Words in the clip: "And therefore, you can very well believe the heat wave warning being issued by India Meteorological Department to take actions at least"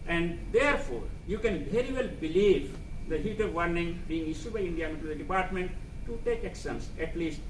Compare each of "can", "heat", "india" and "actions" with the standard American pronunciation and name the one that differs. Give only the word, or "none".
actions